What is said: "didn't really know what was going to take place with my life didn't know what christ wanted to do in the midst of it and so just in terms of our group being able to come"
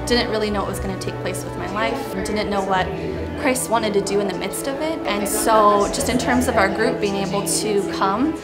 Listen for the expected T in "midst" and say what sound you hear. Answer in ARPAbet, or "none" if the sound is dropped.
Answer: T